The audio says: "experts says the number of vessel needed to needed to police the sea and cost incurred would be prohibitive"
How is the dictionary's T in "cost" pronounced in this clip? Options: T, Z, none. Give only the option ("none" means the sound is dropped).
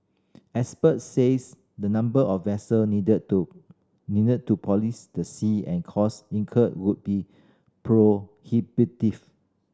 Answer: none